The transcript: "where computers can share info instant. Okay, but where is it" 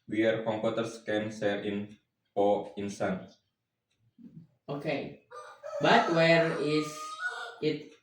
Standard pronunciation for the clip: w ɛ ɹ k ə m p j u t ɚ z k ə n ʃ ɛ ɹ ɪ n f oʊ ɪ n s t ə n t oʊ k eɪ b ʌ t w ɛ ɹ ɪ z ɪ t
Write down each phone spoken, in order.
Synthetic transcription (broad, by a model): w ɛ ɹ k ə m p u t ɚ s k ə n s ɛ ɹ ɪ n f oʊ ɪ n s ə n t oʊ k eɪ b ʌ t w ɛ ɹ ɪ s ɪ t